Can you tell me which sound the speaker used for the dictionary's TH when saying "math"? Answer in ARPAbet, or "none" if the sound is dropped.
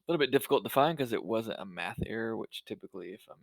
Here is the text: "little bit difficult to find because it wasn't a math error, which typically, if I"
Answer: TH